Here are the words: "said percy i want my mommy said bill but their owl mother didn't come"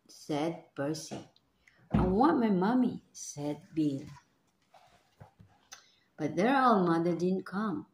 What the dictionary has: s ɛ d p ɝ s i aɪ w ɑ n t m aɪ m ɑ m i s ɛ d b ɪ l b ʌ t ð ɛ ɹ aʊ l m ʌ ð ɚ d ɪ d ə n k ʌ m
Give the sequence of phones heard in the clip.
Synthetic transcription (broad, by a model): s ɛ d b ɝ s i aɪ w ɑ n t m aɪ m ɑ m i s ɛ d b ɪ l b ʌ t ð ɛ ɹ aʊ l m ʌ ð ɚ d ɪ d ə n k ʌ m